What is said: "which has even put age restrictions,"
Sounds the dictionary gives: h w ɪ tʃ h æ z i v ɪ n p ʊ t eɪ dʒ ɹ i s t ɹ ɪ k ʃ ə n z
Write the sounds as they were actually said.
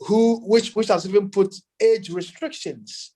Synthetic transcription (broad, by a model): h w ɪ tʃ h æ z i v ɪ n p ʊ t eɪ dʒ ɹ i s t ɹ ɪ k ʃ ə n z